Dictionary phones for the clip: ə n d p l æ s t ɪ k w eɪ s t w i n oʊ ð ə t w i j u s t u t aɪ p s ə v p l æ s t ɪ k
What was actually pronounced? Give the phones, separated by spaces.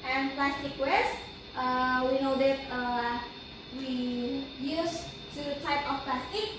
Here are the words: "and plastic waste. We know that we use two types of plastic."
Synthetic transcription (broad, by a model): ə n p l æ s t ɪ k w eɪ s t w i n oʊ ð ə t w i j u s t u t aɪ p ə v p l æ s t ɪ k